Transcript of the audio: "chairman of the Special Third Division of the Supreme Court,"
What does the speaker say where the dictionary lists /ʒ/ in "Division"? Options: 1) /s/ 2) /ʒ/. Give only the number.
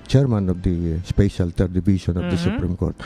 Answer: 1